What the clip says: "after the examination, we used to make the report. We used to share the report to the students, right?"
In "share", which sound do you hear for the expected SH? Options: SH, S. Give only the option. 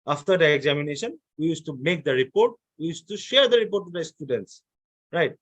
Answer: SH